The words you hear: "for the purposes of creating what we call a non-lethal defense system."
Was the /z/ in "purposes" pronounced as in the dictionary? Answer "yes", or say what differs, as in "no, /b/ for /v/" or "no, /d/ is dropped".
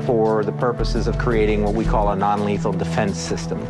yes